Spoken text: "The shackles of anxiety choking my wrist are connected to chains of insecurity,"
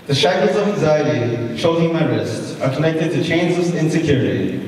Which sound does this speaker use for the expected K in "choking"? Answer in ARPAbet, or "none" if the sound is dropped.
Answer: none